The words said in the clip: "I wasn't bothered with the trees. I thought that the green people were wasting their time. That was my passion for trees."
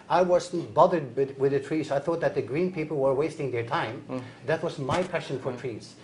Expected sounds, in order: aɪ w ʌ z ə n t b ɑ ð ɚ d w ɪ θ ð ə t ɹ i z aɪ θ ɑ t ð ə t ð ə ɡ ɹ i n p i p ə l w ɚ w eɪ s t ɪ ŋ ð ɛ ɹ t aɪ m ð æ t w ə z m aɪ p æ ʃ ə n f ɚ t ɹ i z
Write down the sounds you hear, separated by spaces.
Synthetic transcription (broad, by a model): aɪ w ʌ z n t b ɑ ð ɚ d w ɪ ð ə t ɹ i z aɪ θ ɑ t ð ə t ð ə ɡ ɹ i n p i p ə l w ɚ w eɪ s t ɪ ŋ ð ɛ ɹ t aɪ m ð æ t w ə z m aɪ p æ ʃ ə n f ɚ t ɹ i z